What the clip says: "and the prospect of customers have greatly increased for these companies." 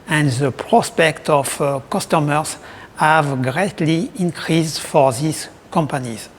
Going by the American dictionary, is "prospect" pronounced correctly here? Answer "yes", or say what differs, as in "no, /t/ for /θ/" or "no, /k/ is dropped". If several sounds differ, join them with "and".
yes